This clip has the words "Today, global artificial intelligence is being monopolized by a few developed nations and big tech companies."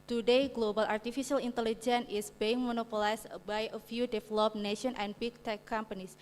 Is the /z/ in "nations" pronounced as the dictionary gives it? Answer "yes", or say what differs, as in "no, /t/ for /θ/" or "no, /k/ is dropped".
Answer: no, /z/ is dropped